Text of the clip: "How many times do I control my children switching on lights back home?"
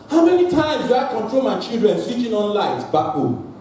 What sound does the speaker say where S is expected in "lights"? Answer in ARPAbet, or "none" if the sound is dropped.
none